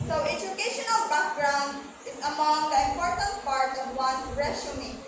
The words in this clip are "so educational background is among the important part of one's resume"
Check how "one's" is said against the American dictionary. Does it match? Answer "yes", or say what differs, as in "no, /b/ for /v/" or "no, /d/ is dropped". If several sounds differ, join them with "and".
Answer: no, /z/ is dropped